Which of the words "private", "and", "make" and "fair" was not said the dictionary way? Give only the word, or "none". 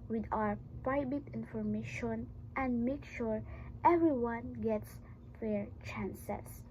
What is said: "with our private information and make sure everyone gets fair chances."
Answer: private